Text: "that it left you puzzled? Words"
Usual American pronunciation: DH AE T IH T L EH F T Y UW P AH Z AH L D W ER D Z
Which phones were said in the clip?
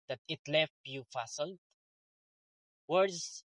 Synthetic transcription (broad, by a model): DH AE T IH T L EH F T Y UW F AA S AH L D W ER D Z